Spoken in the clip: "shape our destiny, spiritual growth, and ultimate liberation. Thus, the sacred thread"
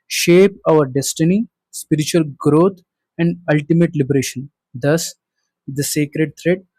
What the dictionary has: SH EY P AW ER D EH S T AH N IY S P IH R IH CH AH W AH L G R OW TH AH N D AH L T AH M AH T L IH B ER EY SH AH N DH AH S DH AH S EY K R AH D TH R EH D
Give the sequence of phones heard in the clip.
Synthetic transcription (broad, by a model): SH EY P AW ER D EH S T AH N IY S P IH R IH CH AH AH L G R OW T AH N D AH L T AH M AH T L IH B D EY SH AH N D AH S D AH S EY K R AH D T R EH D